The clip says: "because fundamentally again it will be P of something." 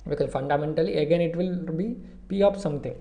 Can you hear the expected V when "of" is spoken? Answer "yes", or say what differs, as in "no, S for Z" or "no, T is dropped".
no, P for V